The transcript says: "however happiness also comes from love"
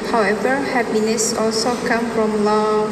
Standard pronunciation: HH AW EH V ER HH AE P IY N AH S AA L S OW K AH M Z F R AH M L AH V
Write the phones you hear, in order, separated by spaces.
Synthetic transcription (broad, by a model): HH AW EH V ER HH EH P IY N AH S AA L S OW K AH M F R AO M L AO